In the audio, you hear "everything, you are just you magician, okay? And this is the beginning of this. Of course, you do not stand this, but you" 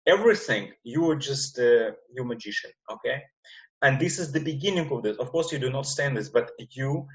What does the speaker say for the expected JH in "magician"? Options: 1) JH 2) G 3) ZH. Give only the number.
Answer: 1